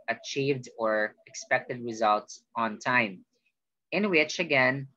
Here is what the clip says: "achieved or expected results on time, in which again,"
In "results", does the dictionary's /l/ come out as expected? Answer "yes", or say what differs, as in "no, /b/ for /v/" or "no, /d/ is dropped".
yes